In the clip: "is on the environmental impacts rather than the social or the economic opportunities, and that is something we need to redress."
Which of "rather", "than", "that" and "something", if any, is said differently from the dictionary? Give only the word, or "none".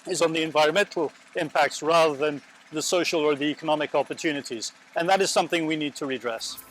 none